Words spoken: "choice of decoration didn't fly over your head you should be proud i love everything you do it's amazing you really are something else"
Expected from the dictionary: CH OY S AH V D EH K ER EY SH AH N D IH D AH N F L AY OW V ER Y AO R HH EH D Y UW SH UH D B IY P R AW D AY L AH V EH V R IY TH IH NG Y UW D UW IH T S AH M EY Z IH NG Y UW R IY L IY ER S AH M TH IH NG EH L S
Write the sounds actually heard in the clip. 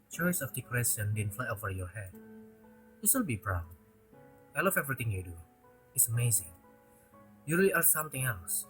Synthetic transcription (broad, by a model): CH OY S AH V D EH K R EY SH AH N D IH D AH N F L AY OW V ER Y AO R HH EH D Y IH S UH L B IY B R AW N AY L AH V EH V R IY T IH NG Y UW D UW IH T S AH M EY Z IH NG Y UW R IY L IY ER S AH M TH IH NG EH L S